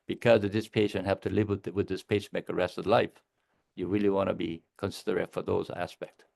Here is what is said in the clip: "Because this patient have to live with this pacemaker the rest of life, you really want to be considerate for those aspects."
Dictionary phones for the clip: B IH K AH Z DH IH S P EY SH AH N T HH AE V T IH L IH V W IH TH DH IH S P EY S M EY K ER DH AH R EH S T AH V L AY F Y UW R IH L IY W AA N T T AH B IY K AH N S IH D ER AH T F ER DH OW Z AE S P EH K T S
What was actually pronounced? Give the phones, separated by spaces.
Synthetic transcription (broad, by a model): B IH K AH Z DH IH S P EY SH AH N T HH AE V T IH L IH V W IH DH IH S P EY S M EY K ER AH R EH S T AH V L AY F Y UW R IH L IY W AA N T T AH B IY K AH N S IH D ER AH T F ER DH OW Z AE S P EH K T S